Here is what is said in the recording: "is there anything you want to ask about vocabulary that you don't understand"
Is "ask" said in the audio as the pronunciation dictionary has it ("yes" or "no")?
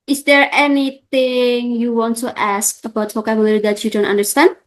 yes